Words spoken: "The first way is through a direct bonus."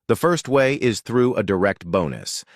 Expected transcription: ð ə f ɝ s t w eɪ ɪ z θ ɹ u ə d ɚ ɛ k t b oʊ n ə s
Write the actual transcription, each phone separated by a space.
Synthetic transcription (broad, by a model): ð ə f ɝ s t w eɪ ɪ z θ ɹ u ə d ɚ ɛ k t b oʊ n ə s